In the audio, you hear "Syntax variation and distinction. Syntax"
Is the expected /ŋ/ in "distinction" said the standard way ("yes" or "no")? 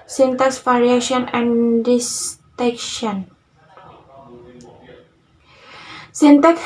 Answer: no